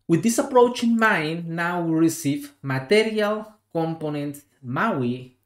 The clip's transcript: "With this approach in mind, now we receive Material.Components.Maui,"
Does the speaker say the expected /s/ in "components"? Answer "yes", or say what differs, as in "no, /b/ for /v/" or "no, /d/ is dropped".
no, /s/ is dropped